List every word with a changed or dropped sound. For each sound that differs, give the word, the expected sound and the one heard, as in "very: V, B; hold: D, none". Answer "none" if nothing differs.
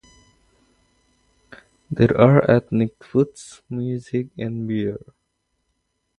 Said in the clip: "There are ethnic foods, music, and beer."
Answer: ethnic: TH, T